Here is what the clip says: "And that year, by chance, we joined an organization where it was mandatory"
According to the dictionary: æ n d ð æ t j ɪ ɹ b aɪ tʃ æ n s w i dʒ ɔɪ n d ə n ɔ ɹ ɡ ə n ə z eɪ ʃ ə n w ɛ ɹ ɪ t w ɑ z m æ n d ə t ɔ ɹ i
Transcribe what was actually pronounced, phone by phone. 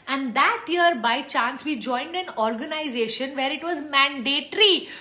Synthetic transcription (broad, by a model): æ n d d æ t j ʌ ɹ b aɪ tʃ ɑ n s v i dʒ ɔɪ n d ə n ɔ ɹ ɡ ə n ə z eɪ ʃ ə n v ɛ ɹ ɪ t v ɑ z m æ n d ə t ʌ ɹ i